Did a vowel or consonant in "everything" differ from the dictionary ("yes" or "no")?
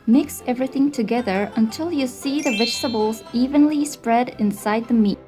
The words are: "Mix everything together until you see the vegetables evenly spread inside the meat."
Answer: no